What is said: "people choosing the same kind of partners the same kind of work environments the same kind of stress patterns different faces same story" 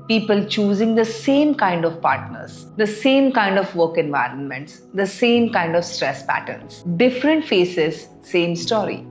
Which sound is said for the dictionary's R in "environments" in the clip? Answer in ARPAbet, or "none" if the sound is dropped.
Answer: R